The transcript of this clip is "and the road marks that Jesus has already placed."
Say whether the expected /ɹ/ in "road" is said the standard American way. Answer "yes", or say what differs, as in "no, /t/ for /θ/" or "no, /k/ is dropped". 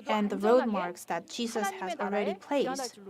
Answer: yes